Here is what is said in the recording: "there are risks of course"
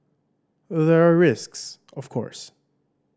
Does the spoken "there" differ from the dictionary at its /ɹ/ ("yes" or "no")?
no